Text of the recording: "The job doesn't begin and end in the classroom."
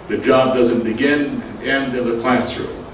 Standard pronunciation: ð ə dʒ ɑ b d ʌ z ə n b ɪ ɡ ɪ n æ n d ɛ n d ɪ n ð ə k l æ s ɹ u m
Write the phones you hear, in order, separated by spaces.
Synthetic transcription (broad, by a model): ð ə dʒ ɑ b d ʌ z ə n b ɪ ɡ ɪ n n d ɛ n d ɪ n ð ə k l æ s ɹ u